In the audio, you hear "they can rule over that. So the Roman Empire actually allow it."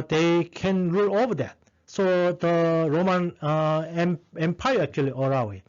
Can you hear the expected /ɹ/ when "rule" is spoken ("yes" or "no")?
yes